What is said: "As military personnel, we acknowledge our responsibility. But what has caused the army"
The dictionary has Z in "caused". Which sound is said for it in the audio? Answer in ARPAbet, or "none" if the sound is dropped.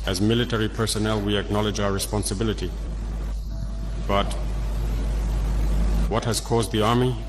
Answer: Z